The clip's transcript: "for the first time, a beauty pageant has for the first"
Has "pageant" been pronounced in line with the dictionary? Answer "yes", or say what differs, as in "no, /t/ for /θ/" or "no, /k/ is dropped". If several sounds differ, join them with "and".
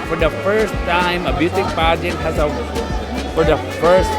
no, /n/ is dropped